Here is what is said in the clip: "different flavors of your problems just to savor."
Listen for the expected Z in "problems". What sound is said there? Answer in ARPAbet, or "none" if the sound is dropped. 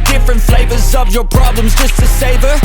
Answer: Z